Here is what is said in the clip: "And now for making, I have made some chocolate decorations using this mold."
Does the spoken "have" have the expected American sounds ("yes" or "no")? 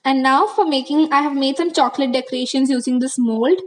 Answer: yes